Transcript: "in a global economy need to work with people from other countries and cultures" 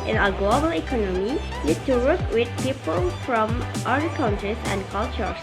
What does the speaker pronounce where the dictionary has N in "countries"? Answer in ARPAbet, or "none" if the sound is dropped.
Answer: L